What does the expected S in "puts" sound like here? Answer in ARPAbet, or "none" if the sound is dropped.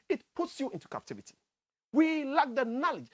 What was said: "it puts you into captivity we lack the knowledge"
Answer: S